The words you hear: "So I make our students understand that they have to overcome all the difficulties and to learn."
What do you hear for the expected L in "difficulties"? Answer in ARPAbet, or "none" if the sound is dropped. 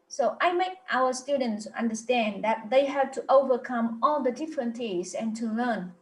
N